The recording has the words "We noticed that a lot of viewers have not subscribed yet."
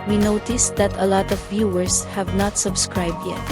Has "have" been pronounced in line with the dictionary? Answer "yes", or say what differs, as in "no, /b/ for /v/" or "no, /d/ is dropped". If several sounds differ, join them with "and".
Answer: yes